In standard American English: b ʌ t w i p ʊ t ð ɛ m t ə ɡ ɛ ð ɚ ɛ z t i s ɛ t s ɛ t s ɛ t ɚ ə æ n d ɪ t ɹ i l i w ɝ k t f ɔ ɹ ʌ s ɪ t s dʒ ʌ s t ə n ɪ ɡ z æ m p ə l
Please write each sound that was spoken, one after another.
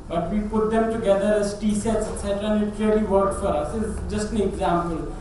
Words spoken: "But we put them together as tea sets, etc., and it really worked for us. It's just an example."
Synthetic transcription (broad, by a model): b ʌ t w i p ʊ t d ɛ m t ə ɡ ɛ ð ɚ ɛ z t i s ɛ t s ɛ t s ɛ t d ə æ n ɪ t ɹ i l i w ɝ t f ɔ ɹ ʌ s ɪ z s dʒ ʌ s t ə n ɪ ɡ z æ m p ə l